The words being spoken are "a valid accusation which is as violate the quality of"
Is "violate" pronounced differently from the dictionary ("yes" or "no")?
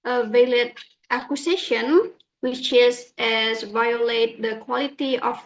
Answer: no